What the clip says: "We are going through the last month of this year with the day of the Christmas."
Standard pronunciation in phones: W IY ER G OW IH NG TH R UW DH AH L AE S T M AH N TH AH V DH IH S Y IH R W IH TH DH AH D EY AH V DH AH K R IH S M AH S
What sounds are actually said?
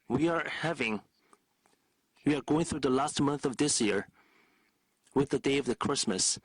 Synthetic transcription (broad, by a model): W IY ER G OW IH NG TH R UW DH AH L AE S T M AH N TH AH V DH IH S Y IH R W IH DH AH D EY AH V DH AH K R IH S M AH S